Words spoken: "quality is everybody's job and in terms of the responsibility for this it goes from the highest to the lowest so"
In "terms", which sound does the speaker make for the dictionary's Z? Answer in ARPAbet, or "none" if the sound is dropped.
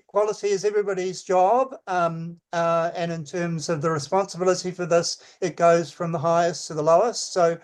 Z